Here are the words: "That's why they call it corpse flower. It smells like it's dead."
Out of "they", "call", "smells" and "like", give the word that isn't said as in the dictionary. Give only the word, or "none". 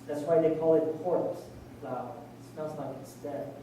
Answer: smells